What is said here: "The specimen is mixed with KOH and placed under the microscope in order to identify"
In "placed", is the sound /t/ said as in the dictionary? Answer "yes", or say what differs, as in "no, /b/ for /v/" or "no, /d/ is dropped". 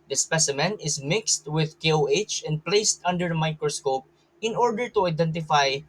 yes